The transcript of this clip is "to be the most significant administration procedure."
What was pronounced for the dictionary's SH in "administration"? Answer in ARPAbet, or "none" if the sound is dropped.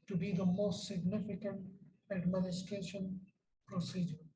SH